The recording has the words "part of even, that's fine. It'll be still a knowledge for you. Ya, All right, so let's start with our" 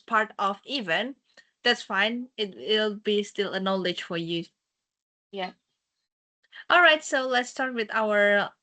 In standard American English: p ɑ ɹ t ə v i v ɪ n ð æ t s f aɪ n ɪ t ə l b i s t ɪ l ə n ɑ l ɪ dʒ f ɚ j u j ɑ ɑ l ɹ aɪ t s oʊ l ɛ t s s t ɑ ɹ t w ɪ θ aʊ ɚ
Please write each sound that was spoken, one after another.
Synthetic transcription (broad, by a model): p ɑ ɹ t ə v i v ɪ n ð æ t s f aɪ n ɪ t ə l b i s t ɪ l ə n ɑ l ɪ dʒ f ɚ j u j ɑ ɑ l ɹ aɪ t s oʊ l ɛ t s s t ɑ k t w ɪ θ aʊ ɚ